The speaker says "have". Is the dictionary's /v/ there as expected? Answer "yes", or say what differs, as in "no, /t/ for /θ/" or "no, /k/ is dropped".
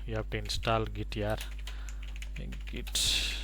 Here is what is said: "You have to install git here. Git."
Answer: no, /b/ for /v/